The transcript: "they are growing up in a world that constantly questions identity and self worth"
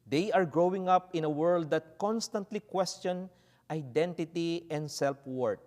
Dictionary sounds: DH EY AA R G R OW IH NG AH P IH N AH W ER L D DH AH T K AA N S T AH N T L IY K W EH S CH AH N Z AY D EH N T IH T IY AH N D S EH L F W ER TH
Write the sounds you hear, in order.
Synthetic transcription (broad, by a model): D EY AA R G R OW IH NG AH P IH N AH W ER L D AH T K AA N S T AH N T L IY K W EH S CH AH N AY D EH N T IH T IY AH N D S EH L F W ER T